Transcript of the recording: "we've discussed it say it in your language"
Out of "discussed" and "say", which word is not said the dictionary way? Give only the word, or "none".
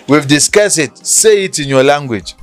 discussed